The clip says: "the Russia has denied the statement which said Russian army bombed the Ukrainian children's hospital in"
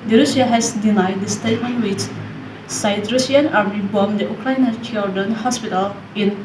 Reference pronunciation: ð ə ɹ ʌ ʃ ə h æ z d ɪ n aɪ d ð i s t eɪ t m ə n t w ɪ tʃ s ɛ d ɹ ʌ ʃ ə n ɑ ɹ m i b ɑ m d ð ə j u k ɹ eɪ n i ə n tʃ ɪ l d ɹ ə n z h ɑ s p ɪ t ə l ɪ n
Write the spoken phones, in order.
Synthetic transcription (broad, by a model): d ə ɹ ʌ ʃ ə h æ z d ɪ n aɪ d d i s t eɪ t ə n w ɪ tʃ s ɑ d ɹ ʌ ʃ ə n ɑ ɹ i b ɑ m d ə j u k ɹ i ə n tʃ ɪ l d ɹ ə n h ɑ s p ɪ t ə l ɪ n